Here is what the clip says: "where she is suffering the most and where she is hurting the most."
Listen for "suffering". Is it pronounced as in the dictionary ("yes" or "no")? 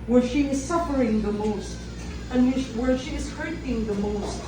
yes